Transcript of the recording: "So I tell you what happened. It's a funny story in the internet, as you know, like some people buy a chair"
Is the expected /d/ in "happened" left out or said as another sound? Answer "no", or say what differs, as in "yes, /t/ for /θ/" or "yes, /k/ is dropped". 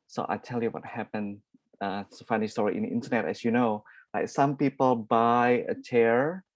yes, /d/ is dropped